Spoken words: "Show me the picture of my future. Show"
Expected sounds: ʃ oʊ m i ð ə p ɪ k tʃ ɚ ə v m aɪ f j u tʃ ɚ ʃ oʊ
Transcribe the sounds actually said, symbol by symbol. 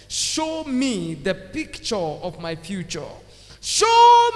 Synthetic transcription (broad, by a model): ʃ oʊ m i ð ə p ɪ k tʃ ɚ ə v m aɪ f j u tʃ ɚ ʃ oʊ